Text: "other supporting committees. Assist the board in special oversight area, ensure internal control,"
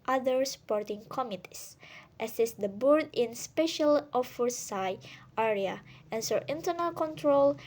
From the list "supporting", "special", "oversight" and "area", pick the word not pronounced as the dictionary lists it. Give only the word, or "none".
oversight